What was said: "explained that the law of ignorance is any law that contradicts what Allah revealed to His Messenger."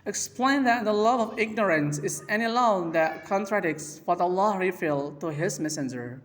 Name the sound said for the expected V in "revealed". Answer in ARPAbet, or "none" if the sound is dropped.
F